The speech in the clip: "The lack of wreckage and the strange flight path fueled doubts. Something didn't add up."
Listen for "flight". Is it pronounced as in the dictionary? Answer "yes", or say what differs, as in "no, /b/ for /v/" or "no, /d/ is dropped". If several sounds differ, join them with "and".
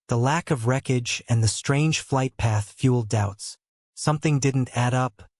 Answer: yes